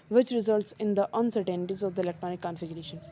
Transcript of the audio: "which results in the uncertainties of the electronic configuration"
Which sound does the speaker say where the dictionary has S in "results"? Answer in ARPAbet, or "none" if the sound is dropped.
S